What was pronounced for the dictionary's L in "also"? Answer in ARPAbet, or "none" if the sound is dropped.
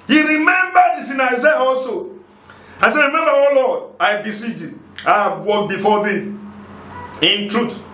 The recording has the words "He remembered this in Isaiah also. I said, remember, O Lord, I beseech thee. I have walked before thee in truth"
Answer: none